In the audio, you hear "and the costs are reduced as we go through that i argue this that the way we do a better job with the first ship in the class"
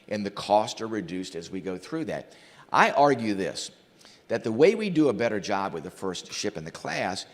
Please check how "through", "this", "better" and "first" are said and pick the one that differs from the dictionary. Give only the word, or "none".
none